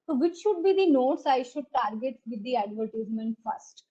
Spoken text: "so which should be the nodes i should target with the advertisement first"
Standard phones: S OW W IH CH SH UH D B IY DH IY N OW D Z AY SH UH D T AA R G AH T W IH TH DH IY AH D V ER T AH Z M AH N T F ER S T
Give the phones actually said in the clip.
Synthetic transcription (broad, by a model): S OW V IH CH SH UH D B IY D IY N OW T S AY SH UH D T AA R G AH T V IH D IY AH D V ER T AH Z M AH N T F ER S T